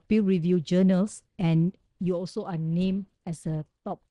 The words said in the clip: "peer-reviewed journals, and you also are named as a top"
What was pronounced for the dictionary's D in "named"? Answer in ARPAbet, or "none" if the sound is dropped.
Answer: none